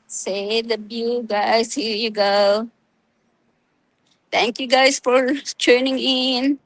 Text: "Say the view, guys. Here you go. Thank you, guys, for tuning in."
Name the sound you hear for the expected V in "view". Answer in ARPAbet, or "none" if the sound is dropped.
B